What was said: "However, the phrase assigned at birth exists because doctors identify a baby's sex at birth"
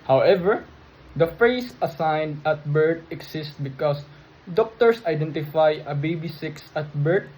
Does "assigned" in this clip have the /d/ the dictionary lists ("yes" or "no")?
yes